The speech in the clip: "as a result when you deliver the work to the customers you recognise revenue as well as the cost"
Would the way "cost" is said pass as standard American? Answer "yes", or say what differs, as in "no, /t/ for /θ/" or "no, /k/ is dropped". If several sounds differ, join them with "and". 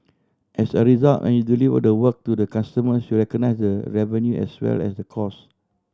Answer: no, /t/ is dropped